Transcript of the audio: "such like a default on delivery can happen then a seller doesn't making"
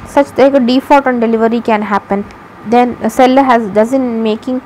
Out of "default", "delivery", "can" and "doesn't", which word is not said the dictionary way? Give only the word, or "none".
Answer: default